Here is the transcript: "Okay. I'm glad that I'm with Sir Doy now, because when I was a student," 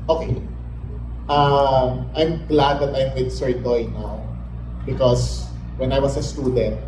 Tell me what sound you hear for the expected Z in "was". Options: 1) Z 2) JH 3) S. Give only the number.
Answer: 3